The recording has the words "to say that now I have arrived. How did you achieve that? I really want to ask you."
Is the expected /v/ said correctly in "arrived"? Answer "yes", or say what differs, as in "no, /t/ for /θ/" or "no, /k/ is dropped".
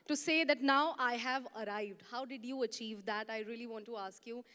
yes